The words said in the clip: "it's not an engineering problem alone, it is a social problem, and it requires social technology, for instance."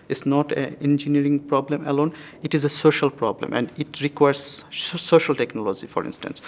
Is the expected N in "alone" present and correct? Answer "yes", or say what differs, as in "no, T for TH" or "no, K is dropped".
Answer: yes